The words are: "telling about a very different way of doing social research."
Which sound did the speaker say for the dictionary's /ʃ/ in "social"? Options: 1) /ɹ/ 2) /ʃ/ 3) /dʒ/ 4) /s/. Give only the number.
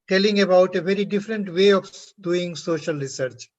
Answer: 2